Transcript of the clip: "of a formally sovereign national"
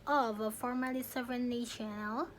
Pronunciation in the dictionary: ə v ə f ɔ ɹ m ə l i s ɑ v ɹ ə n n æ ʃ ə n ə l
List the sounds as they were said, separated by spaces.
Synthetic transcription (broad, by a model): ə v ə f ɔ ɹ m ə l i s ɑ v ə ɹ n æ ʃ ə n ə l